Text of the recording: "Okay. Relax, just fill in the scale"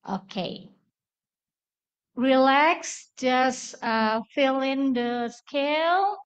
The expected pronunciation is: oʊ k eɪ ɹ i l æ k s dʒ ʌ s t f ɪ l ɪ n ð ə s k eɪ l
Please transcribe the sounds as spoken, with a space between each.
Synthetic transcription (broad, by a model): oʊ k eɪ ɹ i l æ k s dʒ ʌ s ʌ f ɪ l ɪ n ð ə s k eɪ l